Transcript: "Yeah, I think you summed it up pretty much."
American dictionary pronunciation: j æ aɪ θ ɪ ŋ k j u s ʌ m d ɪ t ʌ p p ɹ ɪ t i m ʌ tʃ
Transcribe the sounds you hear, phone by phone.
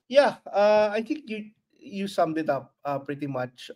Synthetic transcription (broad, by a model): j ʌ aɪ t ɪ ŋ k j u s ʌ m d ɪ t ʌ p p ɹ ɪ t i m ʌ tʃ